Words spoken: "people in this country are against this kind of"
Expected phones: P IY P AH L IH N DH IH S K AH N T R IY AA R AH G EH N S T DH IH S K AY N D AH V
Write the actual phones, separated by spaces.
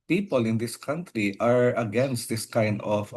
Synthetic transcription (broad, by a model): P IY P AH L IH N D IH S K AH N T R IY AA R AH G EH N S T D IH S K AY N D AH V